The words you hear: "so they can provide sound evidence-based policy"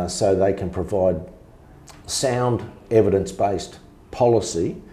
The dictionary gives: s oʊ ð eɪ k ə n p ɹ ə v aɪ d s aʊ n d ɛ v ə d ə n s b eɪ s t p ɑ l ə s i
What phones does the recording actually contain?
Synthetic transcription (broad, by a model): s oʊ ð eɪ k ə n p ɹ ə v aɪ d s aʊ n d ɛ v ə d ə n s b eɪ s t p ɑ l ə s i